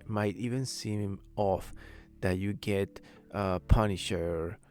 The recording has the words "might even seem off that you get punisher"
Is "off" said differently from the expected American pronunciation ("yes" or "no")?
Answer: no